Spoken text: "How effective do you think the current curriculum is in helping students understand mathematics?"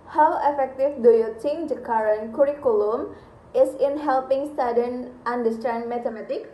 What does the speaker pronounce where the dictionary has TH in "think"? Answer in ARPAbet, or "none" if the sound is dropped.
T